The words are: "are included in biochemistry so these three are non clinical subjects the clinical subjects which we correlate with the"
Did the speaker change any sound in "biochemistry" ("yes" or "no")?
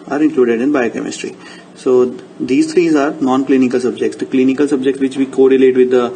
no